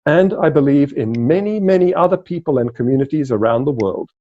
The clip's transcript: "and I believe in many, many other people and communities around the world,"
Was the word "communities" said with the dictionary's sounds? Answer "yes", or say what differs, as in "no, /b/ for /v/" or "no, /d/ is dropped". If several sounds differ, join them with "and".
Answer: yes